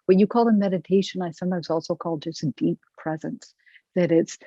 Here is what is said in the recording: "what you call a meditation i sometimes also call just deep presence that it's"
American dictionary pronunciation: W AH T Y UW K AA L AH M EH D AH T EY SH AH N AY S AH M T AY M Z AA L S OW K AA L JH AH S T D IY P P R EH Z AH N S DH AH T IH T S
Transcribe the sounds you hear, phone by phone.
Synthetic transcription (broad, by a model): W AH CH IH K AA L AH M EH D AH T EY SH AH N AY S AH M T AY M Z AA L S OW K AA L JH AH S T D IY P P R EH Z AH N S DH AH T IH T S